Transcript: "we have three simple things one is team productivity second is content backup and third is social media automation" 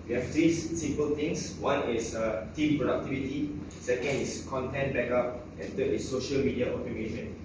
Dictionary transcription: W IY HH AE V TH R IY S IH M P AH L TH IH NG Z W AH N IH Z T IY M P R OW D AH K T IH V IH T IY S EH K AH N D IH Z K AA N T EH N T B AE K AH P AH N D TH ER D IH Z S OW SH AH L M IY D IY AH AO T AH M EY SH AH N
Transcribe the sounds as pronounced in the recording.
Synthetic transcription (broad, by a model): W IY HH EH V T R IY S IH M P AH L T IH NG S W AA N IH S T IY M P R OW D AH K T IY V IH T IY S EH K AH N D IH S K AA N T EH N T B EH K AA P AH N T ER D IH S OW SH AH L M IY D IY AH AO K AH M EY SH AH N